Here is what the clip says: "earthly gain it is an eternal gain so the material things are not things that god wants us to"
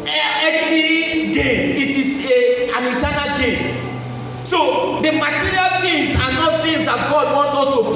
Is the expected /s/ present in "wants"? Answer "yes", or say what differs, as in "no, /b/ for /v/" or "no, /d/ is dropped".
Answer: no, /s/ is dropped